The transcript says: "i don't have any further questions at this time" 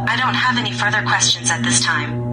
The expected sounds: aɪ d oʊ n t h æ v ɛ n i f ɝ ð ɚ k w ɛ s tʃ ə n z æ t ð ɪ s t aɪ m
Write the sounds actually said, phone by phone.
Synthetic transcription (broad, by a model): aɪ d oʊ n t h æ v ɛ n i f ɝ ð ɚ k w ɛ s tʃ ə n z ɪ t ð ɪ s t aɪ m